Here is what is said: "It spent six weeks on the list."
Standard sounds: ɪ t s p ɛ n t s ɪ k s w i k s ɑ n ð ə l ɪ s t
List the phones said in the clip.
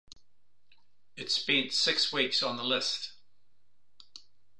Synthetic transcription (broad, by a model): ɪ t s b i n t s ɪ k s w i k s n ð ə l ɪ s t